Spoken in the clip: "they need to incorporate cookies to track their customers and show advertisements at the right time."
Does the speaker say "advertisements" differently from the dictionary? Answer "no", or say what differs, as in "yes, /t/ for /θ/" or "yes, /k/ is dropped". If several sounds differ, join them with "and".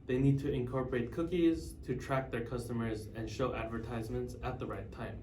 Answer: no